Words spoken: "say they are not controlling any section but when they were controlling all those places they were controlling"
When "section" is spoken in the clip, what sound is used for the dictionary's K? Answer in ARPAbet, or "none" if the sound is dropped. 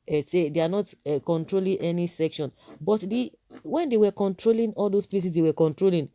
K